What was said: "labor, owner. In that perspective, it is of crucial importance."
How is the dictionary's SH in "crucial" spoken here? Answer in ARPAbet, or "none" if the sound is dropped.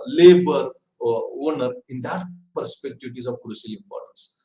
S